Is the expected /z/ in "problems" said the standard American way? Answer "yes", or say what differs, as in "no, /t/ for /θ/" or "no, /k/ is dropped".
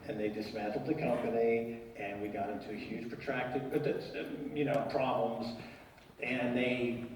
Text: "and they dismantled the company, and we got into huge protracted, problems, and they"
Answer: yes